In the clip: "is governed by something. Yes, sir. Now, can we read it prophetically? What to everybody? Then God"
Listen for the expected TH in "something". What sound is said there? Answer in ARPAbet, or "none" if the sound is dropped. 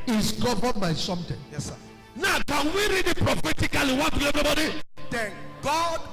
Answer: T